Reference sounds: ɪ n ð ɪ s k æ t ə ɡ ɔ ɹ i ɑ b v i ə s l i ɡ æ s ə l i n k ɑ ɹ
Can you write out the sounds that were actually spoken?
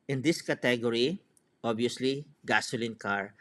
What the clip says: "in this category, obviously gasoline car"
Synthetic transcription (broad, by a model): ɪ n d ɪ s k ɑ t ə ɡ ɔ ɹ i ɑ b i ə s l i ɡ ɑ s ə l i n k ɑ ɹ